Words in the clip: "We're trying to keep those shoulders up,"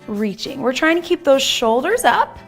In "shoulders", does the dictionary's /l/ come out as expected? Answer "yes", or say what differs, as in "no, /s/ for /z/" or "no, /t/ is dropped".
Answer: yes